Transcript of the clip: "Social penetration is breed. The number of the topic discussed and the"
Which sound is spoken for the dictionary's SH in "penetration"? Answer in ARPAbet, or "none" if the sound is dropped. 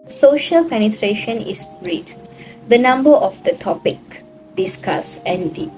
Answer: SH